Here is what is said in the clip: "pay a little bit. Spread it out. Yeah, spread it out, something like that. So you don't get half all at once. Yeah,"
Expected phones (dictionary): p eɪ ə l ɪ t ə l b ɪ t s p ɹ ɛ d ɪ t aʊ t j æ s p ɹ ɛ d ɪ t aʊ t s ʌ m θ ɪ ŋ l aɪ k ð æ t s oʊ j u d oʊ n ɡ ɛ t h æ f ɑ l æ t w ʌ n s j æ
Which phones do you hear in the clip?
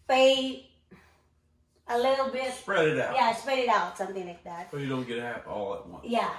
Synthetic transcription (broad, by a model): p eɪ ə l ɪ t l b ɪ t s p ɹ ɛ d ɪ t aʊ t j æ s p ɹ ɛ d ɪ t aʊ t s ʌ m θ ɪ ŋ l aɪ k ð æ t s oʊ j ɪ d oʊ n ɡ ɛ t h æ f ɑ l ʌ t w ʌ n j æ